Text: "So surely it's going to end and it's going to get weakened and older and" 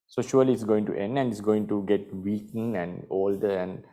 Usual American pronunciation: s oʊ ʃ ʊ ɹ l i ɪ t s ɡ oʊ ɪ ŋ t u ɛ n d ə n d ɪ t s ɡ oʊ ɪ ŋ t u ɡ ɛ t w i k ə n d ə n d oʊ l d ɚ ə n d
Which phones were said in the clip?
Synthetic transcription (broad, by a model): s oʊ ʃ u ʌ l i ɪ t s ɡ oʊ ɪ ŋ t u ɛ n d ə n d ɪ t s ɡ oʊ ɪ ŋ t u ɡ ɛ t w i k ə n ə n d oʊ l d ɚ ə n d